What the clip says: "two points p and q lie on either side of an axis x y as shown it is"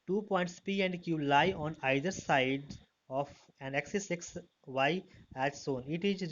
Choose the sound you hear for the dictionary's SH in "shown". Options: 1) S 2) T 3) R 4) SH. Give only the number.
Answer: 1